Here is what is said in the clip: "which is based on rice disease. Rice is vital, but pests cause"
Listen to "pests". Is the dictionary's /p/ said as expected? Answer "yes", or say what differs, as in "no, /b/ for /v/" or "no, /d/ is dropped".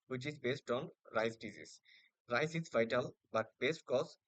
no, /b/ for /p/